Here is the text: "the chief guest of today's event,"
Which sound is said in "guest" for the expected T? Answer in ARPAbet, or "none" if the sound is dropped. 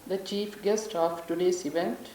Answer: T